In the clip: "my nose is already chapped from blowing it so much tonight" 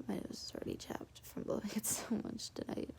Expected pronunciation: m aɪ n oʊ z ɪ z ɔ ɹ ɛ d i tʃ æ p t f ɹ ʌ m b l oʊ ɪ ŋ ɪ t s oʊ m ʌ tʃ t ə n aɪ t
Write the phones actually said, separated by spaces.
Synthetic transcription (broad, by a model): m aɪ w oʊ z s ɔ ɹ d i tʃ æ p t f ɹ ʌ m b oʊ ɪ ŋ ɪ t s oʊ m ʌ tʃ t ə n aɪ t